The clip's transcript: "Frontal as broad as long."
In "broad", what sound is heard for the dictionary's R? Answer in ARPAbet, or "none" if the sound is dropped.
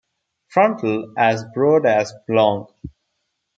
R